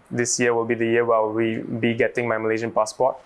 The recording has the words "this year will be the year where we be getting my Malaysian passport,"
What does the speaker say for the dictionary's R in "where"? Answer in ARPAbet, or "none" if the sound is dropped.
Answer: L